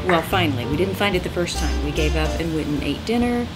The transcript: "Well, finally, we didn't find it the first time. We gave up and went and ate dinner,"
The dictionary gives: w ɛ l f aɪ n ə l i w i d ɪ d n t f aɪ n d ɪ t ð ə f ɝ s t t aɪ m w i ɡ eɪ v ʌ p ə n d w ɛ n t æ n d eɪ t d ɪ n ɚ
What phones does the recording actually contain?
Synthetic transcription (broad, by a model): w ɛ l f aɪ n l i w i d ɪ d n t f aɪ n d ɪ t ð ə f ɝ s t t aɪ m w i ɡ eɪ v ʌ p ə n w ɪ t n eɪ t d ɪ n ɚ